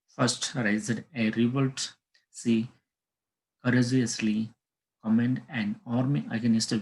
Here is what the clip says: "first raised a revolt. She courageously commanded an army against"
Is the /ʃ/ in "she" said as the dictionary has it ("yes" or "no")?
no